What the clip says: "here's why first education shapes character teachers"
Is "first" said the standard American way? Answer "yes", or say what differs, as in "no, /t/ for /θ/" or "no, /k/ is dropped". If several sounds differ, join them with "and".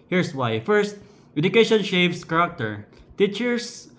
yes